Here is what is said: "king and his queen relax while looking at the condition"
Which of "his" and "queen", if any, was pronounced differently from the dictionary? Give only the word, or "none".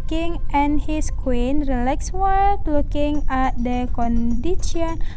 his